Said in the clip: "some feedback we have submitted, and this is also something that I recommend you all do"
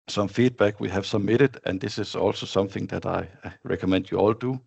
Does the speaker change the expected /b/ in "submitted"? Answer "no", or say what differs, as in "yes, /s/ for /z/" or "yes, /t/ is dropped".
yes, /b/ is dropped